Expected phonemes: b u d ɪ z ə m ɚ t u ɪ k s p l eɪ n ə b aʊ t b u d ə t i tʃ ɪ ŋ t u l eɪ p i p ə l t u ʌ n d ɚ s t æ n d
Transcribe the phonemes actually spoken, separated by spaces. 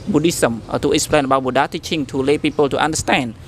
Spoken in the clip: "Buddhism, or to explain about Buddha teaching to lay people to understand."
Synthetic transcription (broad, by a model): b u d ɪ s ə m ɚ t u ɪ s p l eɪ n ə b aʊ b u d ə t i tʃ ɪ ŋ t u l eɪ p i p ə l t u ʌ n d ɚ s t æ n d